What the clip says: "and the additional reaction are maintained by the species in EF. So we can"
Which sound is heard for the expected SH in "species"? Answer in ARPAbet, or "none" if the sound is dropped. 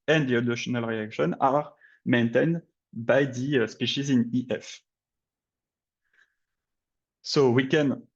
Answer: SH